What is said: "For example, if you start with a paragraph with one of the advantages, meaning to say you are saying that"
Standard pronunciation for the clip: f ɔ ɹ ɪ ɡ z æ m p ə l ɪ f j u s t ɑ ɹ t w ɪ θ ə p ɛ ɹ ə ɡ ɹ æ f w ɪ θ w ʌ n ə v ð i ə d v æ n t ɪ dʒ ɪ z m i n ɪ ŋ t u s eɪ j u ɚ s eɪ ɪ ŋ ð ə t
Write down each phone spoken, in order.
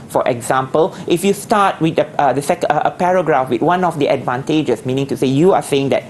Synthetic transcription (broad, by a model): f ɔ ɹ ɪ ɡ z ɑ m p ə l ɪ f j u s t ɑ w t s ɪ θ ə p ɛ ɹ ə ɡ ɹ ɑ f w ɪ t w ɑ n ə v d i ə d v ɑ n t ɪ dʒ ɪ s m i n ɪ ŋ t u s eɪ j u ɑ s eɪ ɪ ŋ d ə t